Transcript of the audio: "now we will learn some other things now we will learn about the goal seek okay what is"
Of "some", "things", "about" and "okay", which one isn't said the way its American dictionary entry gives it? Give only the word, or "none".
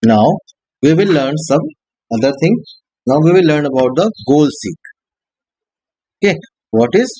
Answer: things